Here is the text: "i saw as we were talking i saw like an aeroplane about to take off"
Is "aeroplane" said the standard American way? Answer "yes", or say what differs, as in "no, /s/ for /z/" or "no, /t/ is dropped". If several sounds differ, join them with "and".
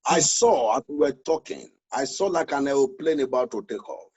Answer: no, /w/ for /ɹ/